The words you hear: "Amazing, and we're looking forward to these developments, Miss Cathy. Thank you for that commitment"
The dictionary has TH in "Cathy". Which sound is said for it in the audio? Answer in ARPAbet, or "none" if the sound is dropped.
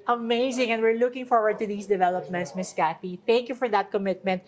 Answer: F